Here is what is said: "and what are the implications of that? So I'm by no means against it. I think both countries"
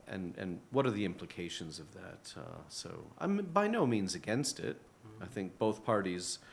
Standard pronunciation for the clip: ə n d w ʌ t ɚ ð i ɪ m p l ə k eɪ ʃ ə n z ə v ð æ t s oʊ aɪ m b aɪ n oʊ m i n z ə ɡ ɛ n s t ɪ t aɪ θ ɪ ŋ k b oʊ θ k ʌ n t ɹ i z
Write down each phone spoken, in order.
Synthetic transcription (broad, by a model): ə n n w ʌ t ɚ ð i ɪ m p l ə k eɪ ʃ ə n z ə v ð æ t s oʊ aɪ m b aɪ n oʊ m i n z ə ɡ ɛ n s t ɪ t aɪ θ ɪ ŋ k b oʊ θ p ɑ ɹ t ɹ i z